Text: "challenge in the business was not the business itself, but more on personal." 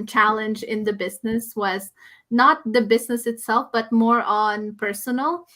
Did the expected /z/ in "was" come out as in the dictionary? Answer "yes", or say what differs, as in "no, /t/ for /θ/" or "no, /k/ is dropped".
yes